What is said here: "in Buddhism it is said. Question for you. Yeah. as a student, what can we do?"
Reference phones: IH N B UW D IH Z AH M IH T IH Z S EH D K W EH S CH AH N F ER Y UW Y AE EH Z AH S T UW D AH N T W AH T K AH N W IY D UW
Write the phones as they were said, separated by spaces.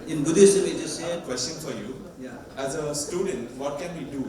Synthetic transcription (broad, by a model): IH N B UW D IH S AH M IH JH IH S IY K W EH S CH AH N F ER Y UW Y AE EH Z AH S T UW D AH N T W AH T K AH N W IY D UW